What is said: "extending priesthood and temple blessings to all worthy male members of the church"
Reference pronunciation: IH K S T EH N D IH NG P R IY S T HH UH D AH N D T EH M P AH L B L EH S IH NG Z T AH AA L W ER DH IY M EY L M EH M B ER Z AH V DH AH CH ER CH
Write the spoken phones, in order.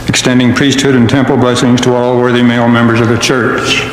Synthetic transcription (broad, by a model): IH K S T EH N D IH NG P R IY S T HH UH D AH N T EH M P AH L B L EH S IH NG Z T AH AA L W ER DH IY M EY L M EH M B ER Z AH V DH AH CH ER CH